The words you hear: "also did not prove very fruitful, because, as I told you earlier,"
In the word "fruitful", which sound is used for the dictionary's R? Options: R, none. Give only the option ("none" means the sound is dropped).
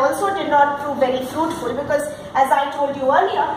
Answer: R